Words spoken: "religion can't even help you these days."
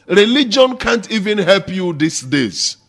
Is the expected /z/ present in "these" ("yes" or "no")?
no